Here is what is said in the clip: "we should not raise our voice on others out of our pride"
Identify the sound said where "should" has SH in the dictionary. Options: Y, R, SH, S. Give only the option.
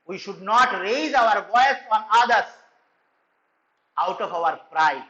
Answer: SH